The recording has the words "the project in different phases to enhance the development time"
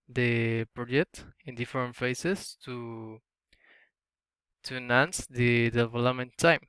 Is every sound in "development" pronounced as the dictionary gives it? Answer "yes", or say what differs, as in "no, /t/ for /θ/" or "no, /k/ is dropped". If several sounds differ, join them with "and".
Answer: no, /p/ is dropped